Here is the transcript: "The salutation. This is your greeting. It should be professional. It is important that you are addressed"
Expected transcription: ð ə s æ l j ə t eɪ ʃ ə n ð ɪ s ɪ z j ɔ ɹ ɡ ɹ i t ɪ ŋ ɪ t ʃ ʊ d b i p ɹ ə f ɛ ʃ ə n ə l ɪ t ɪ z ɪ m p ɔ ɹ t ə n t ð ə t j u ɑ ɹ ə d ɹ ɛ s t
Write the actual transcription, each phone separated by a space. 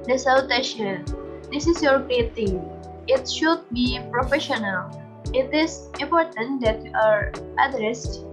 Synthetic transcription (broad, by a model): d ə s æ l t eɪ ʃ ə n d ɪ s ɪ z j ɔ ɹ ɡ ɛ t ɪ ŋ ɪ t ʃ ʊ d b i p ɹ ə f ɛ ʃ ə n ə l ɪ t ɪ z ɪ m p ɔ ɹ t ə n t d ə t j u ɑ ɹ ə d ɹ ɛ s t